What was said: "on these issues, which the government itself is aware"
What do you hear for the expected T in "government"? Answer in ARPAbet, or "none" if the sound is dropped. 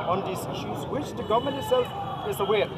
none